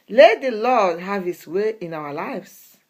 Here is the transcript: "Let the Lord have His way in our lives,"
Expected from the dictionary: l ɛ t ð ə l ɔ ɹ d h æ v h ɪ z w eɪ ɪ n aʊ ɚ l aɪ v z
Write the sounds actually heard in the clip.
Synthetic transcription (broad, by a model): l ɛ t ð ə l ɔ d h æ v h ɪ s w eɪ ɪ n aʊ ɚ l aɪ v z